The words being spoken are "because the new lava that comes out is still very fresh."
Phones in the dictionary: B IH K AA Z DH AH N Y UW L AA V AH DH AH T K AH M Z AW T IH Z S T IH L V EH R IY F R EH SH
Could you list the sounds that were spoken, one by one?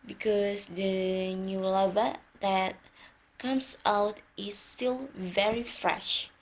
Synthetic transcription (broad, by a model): B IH K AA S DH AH N Y UW L AA V AH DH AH T K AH M S AW T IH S T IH L V EH R IY F R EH SH